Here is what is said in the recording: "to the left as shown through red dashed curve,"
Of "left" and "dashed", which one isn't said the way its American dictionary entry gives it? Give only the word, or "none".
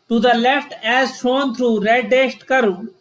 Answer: dashed